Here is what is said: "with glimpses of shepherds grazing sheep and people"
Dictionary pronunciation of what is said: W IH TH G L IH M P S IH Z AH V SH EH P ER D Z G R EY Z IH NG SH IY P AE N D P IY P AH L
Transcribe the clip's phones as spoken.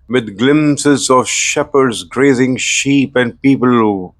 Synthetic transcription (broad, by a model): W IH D G L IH M S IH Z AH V SH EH P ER D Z G R EY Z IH NG SH IY P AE N D P IY P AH L